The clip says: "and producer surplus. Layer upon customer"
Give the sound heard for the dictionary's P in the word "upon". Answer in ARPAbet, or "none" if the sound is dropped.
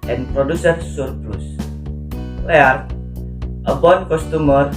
B